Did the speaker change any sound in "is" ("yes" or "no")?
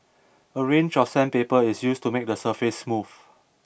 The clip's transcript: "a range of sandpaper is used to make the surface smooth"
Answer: yes